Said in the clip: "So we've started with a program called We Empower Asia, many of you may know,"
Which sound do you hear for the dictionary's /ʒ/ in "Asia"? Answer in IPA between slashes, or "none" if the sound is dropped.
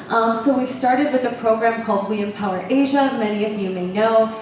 /ʒ/